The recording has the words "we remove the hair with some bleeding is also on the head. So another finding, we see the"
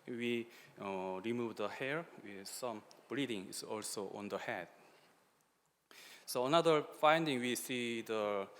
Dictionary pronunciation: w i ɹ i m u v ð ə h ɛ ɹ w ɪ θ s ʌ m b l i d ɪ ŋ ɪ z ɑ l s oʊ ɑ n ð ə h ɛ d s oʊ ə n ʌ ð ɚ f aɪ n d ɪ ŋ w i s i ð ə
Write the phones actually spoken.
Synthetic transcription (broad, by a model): w i ɹ i m u v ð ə h ɛ ɹ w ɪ s ʌ m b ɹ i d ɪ ŋ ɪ s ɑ l s oʊ ɑ n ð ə h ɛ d s oʊ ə n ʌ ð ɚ f aɪ n d ɪ ŋ w i s i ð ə